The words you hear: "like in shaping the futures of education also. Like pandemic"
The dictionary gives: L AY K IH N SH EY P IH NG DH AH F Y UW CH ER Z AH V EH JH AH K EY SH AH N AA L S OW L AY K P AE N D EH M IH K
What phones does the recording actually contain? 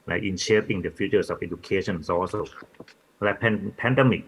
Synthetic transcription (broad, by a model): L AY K IH N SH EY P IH NG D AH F Y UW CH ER S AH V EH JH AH K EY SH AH N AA S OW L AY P P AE N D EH M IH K